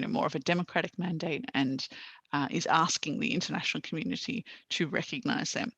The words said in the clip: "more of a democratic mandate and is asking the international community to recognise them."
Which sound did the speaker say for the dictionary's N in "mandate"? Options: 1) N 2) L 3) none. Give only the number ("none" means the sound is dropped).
1